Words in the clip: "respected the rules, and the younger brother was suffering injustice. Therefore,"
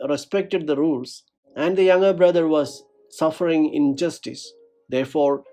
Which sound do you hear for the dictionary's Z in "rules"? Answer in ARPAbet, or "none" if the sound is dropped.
S